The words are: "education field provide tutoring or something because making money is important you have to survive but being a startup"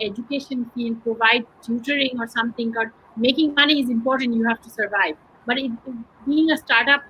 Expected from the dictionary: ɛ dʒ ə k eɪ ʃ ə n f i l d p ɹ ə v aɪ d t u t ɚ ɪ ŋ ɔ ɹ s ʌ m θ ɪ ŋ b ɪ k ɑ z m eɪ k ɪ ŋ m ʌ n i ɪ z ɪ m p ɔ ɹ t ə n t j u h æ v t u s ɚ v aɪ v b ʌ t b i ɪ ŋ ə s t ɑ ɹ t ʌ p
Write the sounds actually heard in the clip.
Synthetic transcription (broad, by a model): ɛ dʒ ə k eɪ ʃ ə n f i l d p ɹ ə v aɪ d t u t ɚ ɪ ŋ ɔ ɹ s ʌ m t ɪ ŋ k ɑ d m eɪ k ɪ ŋ m ʌ n i ɪ z ɪ m p ɔ ɹ t ə n t j u h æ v t u s ɚ v aɪ v b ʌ t b i ɪ ŋ ə s t ɑ ɹ t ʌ p